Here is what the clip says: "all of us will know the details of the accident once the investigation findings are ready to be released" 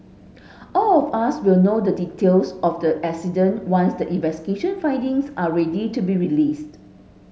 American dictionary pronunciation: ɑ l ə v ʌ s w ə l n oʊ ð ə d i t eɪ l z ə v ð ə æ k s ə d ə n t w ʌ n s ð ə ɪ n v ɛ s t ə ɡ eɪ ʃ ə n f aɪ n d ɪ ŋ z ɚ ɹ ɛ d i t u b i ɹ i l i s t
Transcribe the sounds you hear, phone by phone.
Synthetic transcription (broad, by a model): ɑ l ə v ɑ s w ə l n oʊ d ə d i t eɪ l s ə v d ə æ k s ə d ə n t w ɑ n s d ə ɪ n v ɛ s t ə ɡ eɪ ʃ ə n f aɪ n d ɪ ŋ s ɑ ɹ ɛ d i t u b i ɹ i l i s t